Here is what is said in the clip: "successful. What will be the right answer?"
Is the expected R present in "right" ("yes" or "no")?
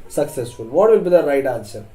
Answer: yes